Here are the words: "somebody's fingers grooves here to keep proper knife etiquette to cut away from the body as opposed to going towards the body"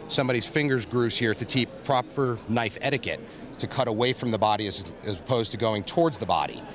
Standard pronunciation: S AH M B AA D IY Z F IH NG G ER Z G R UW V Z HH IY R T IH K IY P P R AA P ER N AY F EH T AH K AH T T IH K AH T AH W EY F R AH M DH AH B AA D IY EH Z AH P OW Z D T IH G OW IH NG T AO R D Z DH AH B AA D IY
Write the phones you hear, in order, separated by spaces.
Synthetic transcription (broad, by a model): S AH M B AA D IY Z F IH NG G ER Z G R UW Z HH IY R T IH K IY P P R AA P ER N AY F EH T AH K AH T T IH K AH T AH W EY F R AH M DH AH B AA D IY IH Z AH P OW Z T IH G OW IH NG T AO R D Z DH AH B AA D IY